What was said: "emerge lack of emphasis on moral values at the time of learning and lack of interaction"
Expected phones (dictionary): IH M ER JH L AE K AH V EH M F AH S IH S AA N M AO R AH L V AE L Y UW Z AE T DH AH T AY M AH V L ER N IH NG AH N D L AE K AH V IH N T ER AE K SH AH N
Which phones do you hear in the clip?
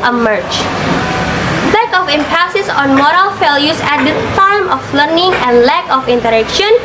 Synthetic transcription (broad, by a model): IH M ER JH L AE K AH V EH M P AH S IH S AA N M AO R AH L F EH L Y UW S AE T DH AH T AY M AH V L ER N IH NG AH N D L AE K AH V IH N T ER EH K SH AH N